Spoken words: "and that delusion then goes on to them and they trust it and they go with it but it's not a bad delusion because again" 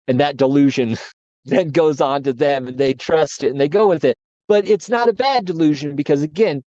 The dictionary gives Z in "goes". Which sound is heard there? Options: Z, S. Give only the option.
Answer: Z